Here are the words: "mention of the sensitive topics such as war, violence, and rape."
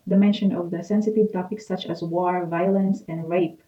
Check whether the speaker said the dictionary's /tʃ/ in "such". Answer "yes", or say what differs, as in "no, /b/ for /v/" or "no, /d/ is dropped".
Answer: yes